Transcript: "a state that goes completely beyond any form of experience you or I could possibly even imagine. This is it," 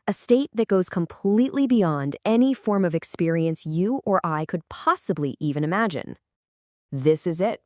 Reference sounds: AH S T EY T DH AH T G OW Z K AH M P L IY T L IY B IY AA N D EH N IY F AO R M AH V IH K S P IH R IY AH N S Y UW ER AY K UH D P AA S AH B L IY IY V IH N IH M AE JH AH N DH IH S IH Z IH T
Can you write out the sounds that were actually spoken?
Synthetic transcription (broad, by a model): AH S T EY T DH AH T G OW Z K AH M P L IY T L IY B IY AA N D EH N IY F AO R M AH V IH K S P IH R IY AH N S Y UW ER AY K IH D P AA S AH B L IY IY V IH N IH M AE JH AH N DH IH S IH Z IH T